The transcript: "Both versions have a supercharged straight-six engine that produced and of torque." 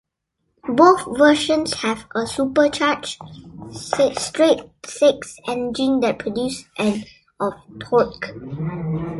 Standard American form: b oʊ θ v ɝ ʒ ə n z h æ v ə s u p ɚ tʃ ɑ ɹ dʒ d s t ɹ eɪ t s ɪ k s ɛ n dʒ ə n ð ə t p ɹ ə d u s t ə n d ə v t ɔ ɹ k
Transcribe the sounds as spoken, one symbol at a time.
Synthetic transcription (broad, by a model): b oʊ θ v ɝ ʃ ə n s h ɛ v ə s u p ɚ tʃ ɑ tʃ s t ɹ eɪ t s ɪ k s ɛ n dʒ ə n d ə t p ɹ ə d u s t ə n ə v t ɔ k